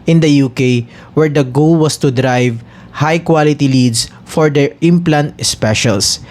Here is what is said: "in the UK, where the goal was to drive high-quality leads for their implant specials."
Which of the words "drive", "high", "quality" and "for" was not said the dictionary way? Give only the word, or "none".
none